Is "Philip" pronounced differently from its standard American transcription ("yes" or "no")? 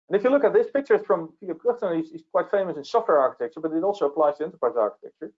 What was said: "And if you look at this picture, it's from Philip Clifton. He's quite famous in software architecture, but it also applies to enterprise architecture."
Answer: yes